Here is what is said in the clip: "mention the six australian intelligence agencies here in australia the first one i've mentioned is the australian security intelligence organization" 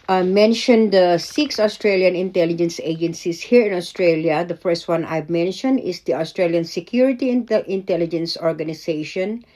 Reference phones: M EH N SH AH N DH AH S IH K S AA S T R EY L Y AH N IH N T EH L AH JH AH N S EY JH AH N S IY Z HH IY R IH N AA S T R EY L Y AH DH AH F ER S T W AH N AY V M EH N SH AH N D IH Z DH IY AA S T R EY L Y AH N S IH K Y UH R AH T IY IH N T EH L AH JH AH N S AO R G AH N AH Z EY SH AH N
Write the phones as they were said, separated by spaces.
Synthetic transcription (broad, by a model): M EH N SH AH N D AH S IH K S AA S T R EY L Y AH N IH N T EH L AH JH AH N S EY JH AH N S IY S HH IY R IH N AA S T R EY L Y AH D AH F ER S T W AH N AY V M EH N SH AH N D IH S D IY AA S T R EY L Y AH N S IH K Y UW R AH T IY IH N T EH L AH JH AH N S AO R G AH N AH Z EY SH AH N